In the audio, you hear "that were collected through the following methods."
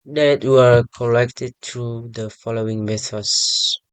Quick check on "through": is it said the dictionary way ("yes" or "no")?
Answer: no